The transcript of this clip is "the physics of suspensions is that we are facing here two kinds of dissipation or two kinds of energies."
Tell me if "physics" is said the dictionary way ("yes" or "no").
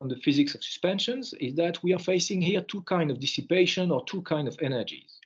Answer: yes